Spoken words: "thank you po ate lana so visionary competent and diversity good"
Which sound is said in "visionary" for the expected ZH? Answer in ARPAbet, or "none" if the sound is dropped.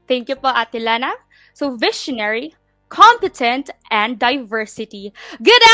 SH